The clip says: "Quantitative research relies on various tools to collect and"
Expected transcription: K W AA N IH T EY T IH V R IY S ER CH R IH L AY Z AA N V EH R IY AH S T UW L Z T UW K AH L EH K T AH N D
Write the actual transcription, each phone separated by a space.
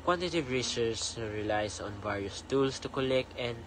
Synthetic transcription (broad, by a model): K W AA N T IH T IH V R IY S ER S R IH L AY S AA N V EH R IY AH S T UW L S T UW K AH L EH K T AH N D